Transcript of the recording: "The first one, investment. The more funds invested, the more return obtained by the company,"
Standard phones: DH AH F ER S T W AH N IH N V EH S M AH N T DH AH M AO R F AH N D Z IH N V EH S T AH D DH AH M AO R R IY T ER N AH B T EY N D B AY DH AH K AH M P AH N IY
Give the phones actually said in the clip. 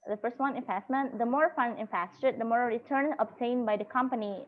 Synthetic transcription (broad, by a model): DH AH F ER S T W AH N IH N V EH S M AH N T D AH M AO R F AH N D IH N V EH S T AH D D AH M AO R R IY T ER N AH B T EY N B AY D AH K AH M P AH N IY